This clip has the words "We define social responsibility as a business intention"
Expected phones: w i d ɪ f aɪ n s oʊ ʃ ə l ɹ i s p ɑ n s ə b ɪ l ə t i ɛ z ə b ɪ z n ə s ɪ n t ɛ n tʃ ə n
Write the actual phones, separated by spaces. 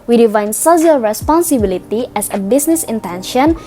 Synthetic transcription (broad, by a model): w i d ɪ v aɪ n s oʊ s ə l ɹ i s p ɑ n s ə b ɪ l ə t i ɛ s ə b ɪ s n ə s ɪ n t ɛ n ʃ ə n